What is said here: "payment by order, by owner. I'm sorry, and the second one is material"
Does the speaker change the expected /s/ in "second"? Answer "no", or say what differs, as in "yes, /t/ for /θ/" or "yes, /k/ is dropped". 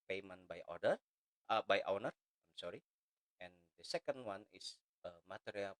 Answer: no